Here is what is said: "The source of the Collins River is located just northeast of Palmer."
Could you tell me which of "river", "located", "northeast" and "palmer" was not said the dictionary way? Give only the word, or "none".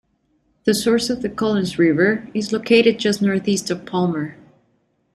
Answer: none